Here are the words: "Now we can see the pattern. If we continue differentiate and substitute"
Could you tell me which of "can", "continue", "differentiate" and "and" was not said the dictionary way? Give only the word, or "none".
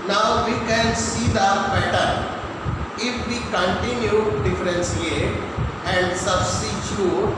differentiate